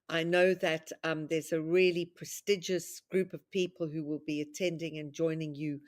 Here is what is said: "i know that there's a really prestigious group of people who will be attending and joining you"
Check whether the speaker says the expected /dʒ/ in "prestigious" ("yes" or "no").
yes